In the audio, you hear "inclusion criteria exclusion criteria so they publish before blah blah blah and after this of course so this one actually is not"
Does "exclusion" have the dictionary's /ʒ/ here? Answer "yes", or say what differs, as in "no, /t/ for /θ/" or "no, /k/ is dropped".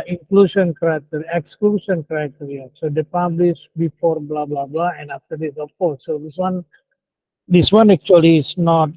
no, /s/ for /ʒ/